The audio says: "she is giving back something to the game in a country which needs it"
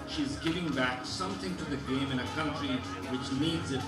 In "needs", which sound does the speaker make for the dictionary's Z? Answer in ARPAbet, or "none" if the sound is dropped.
Z